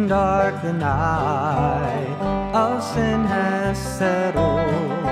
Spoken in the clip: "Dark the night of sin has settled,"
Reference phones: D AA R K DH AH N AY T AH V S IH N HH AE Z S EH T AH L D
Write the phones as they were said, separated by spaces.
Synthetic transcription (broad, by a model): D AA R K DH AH N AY AH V S IH N HH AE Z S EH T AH